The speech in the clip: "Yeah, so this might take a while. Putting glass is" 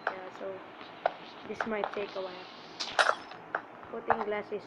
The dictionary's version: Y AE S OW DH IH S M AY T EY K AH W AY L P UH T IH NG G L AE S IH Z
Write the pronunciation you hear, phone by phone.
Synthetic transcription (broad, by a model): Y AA S OW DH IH S M AY T EY K AH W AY N P UH T IH NG G L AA S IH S